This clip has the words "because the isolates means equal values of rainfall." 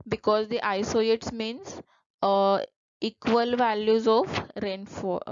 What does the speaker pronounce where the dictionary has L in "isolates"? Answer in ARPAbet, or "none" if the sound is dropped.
none